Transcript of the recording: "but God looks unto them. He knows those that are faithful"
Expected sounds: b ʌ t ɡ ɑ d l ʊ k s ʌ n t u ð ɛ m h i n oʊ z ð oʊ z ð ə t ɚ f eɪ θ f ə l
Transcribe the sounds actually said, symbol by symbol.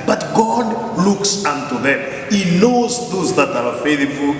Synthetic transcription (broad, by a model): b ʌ t ɡ ɑ d l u k s ʌ n t u ð ɛ m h i n oʊ z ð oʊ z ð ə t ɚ f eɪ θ f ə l